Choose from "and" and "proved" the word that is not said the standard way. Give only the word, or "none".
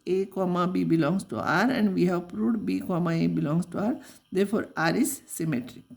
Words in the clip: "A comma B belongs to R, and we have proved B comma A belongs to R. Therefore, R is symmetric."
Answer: proved